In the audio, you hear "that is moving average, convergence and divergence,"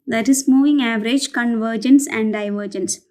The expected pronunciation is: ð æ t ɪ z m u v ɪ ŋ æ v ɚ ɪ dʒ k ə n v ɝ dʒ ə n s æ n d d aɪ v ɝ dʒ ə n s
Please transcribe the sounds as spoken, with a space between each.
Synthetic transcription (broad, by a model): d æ t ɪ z m u v ɪ ŋ æ v ɚ ɪ dʒ k ə n v ɝ dʒ ə n s æ n d d aɪ v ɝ dʒ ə n s